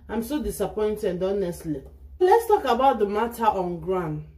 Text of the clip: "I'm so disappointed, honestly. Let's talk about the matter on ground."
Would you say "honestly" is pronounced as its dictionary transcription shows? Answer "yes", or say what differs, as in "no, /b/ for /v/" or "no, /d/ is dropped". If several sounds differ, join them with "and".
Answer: yes